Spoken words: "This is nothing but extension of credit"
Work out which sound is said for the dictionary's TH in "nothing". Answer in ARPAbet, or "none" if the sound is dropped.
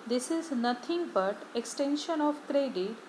T